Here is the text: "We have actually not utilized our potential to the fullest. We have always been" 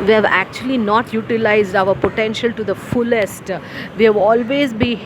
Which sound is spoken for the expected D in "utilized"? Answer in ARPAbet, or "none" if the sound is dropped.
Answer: D